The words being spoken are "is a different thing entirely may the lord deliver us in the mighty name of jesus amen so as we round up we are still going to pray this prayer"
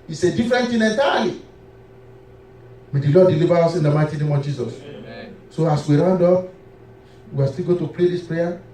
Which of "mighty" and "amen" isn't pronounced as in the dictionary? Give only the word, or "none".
amen